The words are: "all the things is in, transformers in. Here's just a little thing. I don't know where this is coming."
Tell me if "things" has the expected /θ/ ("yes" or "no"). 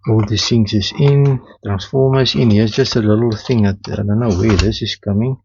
no